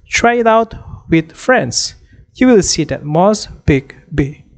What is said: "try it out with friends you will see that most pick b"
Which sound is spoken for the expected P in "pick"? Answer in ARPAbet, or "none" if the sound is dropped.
B